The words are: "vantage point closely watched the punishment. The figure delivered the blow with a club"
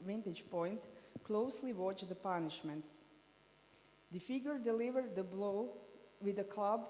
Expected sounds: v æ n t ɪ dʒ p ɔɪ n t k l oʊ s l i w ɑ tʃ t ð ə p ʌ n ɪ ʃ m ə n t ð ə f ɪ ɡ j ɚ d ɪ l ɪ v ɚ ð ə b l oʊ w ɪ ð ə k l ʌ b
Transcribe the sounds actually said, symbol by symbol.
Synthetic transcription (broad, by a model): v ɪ n t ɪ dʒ p ɔɪ n t k l oʊ s l i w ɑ tʃ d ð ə p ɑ n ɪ ʃ m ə n t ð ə f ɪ ɡ j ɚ d ɪ l ɪ v ɚ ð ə b l oʊ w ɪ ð ə k l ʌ b